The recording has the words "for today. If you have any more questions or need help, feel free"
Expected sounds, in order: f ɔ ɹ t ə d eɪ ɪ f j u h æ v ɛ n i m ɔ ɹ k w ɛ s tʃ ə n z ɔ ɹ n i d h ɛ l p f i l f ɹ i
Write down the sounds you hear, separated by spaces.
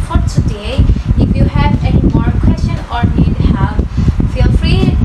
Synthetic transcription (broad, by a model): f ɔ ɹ t ə d eɪ ɪ f j u h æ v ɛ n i m ɔ ɹ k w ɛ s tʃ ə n ɔ ɹ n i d h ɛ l f i l f ɹ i